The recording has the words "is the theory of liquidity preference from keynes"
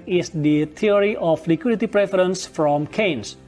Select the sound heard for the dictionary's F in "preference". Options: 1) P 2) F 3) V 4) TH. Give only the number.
2